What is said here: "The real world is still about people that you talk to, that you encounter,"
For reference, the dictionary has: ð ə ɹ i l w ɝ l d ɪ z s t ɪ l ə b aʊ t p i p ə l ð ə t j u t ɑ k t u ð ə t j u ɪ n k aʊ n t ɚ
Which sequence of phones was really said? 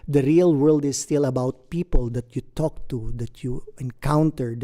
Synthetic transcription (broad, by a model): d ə ɹ i l w ɝ l d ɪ s t ɪ l ə b aʊ t p i p ə l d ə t j u t ɑ k t u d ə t j u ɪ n k aʊ n t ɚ